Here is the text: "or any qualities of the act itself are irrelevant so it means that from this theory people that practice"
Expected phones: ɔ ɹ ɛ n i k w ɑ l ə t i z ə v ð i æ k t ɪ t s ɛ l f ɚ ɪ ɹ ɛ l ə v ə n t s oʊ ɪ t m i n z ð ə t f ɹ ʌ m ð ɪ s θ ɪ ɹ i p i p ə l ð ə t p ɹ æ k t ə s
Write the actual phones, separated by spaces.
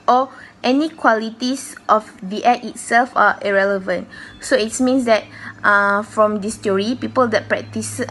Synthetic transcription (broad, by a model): ɔ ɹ ɛ n i k w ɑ l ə t i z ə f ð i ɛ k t ɪ t s ɛ l f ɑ ɪ ɹ ɛ l ə v ə n t s oʊ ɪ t m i n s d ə t f ɹ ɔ m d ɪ s t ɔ ɹ i p i p ə l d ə t p ɹ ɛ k t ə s